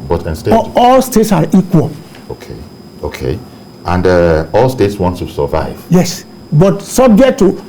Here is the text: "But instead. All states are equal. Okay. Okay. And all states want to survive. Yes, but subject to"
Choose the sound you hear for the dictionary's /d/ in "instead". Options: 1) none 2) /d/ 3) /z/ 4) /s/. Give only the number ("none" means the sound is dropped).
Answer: 1